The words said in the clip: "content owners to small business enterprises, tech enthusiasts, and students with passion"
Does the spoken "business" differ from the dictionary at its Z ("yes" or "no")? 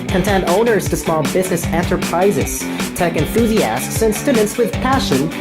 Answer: no